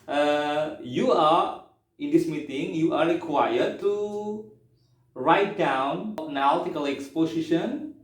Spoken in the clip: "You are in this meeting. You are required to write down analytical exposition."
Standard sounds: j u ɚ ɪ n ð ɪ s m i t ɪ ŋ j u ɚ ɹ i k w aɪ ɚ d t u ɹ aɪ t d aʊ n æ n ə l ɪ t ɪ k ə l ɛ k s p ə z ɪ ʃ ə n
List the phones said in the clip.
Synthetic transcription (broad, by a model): j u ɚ ɪ n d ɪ s m i t ɪ ŋ j u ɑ ɹ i k w aɪ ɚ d t u ɹ aɪ t d aʊ n n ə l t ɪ k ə l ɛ k s p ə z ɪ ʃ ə n